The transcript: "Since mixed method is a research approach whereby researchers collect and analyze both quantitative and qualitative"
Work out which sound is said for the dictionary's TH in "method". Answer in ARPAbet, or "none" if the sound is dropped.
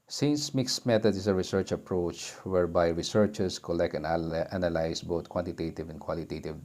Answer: T